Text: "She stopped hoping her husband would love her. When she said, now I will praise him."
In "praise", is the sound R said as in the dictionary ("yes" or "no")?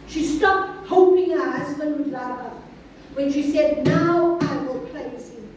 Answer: no